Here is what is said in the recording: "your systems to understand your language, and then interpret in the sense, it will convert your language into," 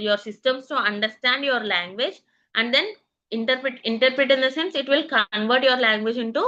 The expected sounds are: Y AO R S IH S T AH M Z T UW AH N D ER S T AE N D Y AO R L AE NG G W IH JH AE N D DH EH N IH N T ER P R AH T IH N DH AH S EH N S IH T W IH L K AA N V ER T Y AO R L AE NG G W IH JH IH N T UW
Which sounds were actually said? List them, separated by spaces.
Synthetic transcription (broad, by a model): Y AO R S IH S T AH M S T UW AH N D ER S T AE N D Y AO R L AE NG G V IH JH AE N D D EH N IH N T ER P R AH T IH N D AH S EH N S IH T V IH L K AA N V ER T Y AO R L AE NG G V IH JH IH N T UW